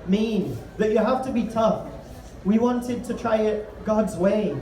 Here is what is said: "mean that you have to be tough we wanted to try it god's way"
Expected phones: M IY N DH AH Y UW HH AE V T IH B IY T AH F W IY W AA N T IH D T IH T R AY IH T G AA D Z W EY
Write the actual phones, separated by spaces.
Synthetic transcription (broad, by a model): M IY N DH AH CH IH HH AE F T IH B IY T AH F W IY W AA N T IH D T IH T R AY IH T G AA D Z W EY